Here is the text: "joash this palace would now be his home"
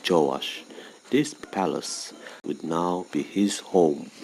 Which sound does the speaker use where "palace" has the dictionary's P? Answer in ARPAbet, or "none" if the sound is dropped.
P